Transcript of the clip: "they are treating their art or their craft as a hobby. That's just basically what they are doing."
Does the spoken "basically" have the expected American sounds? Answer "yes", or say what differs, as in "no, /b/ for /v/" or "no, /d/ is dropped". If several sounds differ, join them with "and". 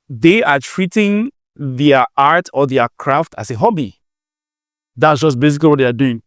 no, /l/ is dropped